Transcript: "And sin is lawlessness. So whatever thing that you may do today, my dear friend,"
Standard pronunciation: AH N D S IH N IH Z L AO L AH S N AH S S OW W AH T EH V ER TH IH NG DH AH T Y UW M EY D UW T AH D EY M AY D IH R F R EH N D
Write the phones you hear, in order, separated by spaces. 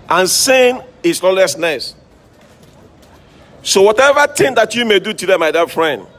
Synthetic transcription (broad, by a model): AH N S IH N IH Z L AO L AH S N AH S S OW W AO T EH V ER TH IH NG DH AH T Y UW M EY D UW T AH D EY M AY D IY F R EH N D